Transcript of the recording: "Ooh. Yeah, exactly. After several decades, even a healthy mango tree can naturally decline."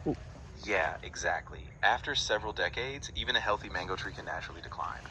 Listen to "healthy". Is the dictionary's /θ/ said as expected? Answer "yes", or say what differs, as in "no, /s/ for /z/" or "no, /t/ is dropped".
yes